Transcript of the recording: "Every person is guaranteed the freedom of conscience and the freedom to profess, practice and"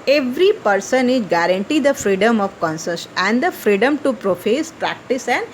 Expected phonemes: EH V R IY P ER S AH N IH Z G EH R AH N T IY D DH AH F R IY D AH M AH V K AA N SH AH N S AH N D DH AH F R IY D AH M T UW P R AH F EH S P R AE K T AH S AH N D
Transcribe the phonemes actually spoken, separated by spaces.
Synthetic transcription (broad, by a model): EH V R IY P ER S AH N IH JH G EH R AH N T IY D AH F R IY D AH M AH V K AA N S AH S AH N D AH F R IY D AH M T UW P R AH F EH S P R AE K T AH S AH N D